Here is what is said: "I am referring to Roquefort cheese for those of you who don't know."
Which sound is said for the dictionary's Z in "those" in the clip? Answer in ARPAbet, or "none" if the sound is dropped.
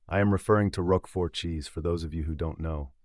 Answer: Z